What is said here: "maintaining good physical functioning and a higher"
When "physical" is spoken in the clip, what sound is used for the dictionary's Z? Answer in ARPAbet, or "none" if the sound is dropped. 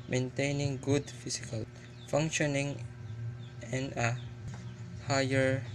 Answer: S